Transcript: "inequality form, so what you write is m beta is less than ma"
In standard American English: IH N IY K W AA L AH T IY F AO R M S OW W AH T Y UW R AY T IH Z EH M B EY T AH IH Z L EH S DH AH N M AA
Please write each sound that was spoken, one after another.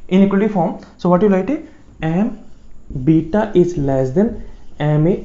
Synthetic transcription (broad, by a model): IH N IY K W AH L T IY F AO R M S OW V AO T Y UW L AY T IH EH M B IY T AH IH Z L EH S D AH N M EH